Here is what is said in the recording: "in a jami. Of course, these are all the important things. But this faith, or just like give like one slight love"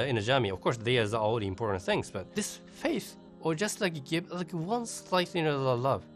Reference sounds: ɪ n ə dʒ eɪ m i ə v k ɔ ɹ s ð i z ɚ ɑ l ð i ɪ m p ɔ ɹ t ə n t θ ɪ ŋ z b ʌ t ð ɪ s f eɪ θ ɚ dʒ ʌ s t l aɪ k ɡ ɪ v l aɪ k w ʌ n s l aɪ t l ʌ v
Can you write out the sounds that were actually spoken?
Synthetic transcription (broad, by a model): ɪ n ə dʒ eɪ m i ə v k ɔ ɹ s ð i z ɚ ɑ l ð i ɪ m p ɔ ɹ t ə n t θ ɪ ŋ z b ʌ t ð ɪ s f eɪ θ ɚ dʒ ʌ s t l aɪ k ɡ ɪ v l aɪ k w ʌ n s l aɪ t l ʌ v